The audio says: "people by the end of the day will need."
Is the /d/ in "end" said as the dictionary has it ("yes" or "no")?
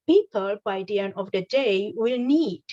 no